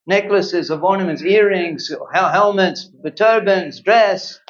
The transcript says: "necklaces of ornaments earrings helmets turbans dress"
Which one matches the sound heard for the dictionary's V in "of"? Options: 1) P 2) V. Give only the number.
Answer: 2